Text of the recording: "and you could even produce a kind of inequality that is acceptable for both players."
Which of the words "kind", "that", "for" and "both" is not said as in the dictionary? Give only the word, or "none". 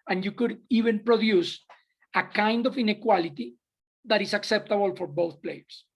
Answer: none